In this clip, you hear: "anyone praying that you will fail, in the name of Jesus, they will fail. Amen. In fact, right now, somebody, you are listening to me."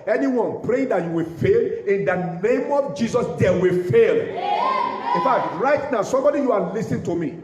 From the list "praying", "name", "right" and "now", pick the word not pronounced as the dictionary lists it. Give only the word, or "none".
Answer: none